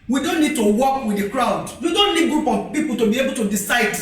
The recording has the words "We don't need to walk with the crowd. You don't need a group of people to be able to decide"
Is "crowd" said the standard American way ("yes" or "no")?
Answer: yes